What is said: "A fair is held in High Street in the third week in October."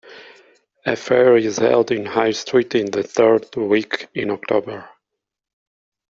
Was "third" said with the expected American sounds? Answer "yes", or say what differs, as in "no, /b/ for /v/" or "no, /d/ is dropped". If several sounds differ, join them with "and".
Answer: yes